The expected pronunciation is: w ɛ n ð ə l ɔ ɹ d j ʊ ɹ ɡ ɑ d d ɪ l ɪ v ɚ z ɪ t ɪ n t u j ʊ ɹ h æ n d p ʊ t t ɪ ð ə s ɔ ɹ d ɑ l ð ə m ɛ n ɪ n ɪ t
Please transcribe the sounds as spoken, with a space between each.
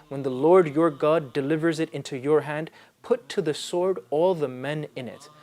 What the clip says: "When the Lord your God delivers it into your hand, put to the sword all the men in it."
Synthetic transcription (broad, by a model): w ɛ n ð ə l ɔ ɹ d j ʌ ɹ ɡ ɑ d d ɪ l ɪ v ɚ z ɪ t ɪ n t u j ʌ ɹ h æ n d p ʊ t t ɪ ð ə s ɔ ɹ d ɑ l ð ə m ɛ n ɪ n ɪ t